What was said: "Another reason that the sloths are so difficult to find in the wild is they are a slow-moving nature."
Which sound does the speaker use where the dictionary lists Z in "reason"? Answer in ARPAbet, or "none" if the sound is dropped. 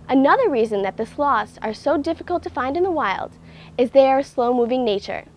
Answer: Z